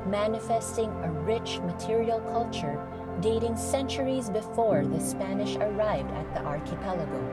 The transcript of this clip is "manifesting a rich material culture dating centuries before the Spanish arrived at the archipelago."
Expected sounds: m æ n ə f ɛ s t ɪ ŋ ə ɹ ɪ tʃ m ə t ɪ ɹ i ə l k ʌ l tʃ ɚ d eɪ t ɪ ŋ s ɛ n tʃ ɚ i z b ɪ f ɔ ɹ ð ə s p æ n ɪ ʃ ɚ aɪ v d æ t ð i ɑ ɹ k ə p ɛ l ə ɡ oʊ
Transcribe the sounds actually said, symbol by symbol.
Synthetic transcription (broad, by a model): m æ n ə f ɛ s t ɪ ŋ ə ɹ ɪ tʃ m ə t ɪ ɹ i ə l k ʌ l tʃ ɚ d eɪ t ɪ ŋ s ɛ n tʃ ɚ i z b ɪ f ɔ ɹ ð ə s p æ n ɪ ʃ ɚ aɪ v d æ t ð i ɑ ɹ k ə p ɛ l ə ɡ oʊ